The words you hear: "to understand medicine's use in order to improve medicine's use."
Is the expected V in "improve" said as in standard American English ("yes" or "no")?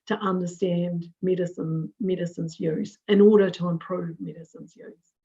yes